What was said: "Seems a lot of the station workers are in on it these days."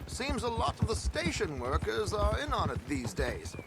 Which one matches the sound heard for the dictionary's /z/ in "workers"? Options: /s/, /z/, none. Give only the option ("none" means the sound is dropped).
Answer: /z/